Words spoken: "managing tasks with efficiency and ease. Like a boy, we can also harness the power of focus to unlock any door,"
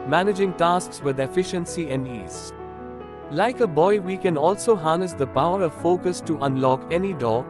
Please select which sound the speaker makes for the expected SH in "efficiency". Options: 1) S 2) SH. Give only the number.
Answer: 2